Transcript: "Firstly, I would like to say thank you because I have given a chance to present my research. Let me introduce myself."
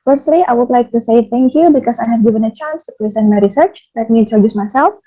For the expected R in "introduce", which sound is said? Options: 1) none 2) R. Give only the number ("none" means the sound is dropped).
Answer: 1